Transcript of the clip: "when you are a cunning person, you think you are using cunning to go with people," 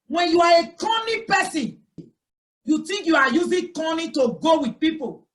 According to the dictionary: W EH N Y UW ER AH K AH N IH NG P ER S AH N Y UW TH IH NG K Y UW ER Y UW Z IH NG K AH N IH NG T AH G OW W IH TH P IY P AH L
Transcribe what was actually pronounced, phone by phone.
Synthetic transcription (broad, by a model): W EH N Y UW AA AH K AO N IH P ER S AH N Y UW T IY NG K Y UW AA Y UW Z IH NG K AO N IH T AH G OW W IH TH P IY P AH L